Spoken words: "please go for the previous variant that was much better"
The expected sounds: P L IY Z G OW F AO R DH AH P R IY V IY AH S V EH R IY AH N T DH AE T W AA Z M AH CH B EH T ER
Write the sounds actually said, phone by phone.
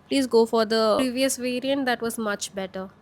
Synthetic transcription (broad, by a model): P L IY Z G OW F AO R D AH R IY V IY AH S V EH R IY AH N T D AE T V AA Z M AH CH B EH T ER